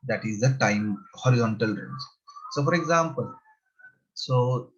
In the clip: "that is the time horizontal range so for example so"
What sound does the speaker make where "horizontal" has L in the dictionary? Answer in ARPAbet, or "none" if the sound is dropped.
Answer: L